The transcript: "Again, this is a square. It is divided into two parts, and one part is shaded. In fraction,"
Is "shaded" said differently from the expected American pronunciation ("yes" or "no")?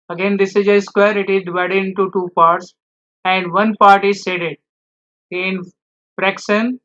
yes